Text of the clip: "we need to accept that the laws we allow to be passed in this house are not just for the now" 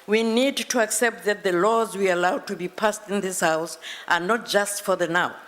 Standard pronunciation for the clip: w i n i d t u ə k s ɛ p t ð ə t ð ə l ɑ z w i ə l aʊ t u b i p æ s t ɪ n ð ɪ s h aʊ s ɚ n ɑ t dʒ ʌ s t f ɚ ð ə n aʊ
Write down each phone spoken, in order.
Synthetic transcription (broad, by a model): w i n i d t u ə k s ɛ p t ð ə t ð ə l ɑ z w i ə l aʊ t u b i p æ s t ɪ n ð ɪ s h aʊ s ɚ n ɑ t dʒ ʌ s t f ɚ ð ə n aʊ